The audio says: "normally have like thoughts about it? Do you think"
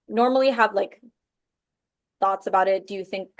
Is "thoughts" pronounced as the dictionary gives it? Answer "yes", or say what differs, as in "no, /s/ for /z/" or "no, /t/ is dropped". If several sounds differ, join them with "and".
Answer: yes